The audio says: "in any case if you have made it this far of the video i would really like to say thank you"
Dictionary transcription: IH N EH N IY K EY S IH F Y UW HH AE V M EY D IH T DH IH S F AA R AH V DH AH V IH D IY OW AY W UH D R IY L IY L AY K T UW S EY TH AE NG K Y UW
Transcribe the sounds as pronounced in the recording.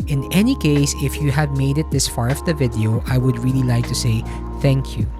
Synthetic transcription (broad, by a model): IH N EH N IY K EY S IH F Y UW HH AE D M EY D IH T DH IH S F AA R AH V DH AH V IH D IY OW AY W UH D R IY L IY L AY K T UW S EY TH AE NG K Y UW